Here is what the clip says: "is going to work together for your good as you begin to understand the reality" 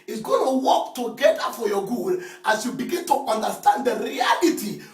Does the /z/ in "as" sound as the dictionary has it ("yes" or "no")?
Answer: no